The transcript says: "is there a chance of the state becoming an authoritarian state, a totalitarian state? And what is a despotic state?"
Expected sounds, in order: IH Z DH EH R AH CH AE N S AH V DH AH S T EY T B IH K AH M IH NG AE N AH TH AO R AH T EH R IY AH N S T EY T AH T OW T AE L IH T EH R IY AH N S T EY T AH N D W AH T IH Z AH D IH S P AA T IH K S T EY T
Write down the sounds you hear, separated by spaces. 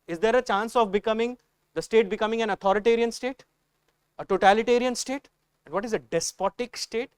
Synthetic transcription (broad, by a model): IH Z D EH R AH CH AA N S AH V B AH S T EY T B IH K AH M IH NG AE N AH T AO R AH T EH R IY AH N S T EY T AH T OW T AE L IH T EH R IY AH N S T EY T AH N D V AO T IH Z AH D IH S P AA T IH K S T EY T